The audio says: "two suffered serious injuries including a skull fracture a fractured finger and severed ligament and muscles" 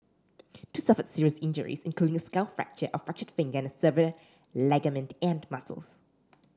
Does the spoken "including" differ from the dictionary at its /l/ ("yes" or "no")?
no